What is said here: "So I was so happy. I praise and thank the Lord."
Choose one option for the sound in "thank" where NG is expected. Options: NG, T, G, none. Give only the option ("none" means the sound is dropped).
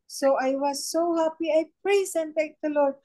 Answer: none